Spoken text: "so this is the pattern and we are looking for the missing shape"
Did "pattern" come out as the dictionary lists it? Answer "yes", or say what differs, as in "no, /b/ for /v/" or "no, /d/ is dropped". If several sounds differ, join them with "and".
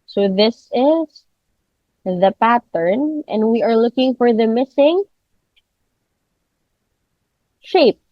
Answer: yes